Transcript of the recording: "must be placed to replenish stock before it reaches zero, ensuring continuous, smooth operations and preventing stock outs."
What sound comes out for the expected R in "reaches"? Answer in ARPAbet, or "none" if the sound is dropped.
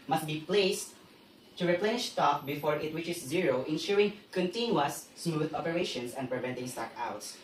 W